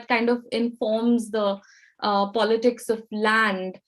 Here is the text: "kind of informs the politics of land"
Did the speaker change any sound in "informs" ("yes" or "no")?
no